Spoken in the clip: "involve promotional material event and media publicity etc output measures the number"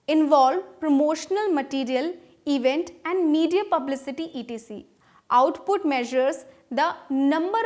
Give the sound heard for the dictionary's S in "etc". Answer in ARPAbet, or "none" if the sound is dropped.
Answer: none